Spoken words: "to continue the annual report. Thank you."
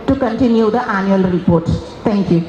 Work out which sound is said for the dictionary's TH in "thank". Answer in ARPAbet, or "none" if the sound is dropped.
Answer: S